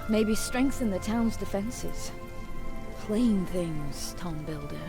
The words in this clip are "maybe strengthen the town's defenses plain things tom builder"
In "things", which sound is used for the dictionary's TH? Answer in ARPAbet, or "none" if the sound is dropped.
TH